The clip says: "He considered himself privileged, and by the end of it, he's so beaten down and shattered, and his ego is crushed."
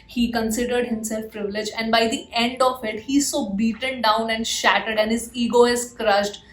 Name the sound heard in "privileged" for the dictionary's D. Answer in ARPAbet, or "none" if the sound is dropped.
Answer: none